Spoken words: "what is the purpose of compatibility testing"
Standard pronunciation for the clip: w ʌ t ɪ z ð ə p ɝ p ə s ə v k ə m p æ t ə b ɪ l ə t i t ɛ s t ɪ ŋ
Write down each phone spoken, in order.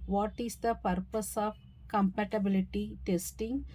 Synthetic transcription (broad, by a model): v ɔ t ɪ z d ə p ɝ p ə s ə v k ə m p æ t ə b ɪ l ə t i t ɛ s t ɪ ŋ